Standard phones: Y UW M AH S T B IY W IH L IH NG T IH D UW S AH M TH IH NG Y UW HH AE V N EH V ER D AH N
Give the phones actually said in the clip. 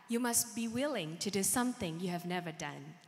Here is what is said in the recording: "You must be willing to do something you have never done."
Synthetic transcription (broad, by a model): Y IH M AH S T B IY W IH L IH NG T IH D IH S AH M TH IH NG Y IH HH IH V N EH V ER D AH N